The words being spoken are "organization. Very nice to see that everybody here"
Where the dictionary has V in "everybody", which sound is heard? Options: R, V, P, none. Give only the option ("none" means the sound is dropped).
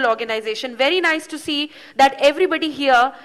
V